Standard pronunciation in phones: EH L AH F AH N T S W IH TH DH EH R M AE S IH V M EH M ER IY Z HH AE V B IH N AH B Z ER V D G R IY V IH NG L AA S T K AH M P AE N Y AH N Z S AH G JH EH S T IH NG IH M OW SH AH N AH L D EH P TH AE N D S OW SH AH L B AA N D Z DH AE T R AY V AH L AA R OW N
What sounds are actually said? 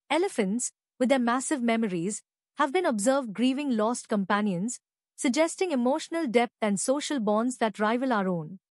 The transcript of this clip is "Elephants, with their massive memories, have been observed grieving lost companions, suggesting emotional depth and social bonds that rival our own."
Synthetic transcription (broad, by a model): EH L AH F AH N T S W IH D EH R M AE S IH V M EH M ER IY Z HH AE V B IH N AH B Z ER V D G R IY V IH NG L AA S T K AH M P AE N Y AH N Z S AH G JH EH S T IH NG IH M OW SH AH N AH L D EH P T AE N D S OW SH AH L B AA N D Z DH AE T R AY V AH L AA R OW N